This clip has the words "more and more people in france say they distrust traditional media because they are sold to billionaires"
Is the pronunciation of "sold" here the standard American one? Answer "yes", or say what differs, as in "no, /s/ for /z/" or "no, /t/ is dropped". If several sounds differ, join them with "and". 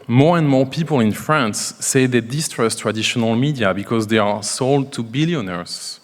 yes